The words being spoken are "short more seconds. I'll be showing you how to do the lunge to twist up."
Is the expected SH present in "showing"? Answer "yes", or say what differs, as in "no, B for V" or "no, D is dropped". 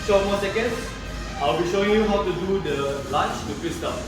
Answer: yes